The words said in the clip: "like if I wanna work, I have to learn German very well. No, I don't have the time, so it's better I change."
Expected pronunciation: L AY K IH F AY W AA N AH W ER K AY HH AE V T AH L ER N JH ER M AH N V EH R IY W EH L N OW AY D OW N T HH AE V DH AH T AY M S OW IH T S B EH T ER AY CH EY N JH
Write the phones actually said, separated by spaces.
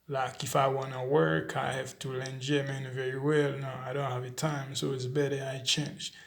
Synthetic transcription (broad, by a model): L AY K IH F AY W AA N AH W ER K AY HH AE F T AH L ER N JH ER M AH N V EH R IY W EH L N OW AY D OW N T HH AE V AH T AY M S OW IH T S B EH T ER AY CH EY N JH